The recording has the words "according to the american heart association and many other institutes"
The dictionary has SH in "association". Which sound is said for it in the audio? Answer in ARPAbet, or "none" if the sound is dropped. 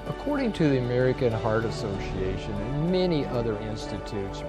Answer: none